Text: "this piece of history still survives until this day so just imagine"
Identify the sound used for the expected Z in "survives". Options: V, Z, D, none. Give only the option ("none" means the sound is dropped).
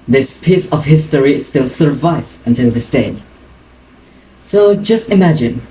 none